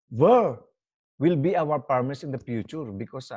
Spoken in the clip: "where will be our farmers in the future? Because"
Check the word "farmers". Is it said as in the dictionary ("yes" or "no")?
no